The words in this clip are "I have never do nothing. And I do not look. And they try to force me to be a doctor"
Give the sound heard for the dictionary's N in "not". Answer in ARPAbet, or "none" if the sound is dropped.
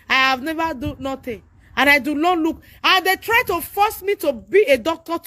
L